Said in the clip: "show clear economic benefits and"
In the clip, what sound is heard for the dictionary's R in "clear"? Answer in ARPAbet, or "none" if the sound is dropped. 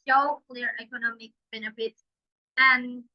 R